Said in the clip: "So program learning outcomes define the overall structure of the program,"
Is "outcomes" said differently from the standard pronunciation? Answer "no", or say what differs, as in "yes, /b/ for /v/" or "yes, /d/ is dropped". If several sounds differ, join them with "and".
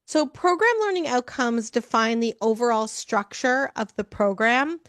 no